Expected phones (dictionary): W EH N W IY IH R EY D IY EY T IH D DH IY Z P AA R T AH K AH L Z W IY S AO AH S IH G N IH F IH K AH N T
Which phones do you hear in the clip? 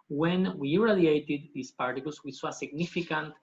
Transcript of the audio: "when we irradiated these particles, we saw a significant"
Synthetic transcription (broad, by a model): W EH N W IY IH R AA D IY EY T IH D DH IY S P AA R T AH K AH L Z W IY S AO AH S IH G N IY F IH K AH N T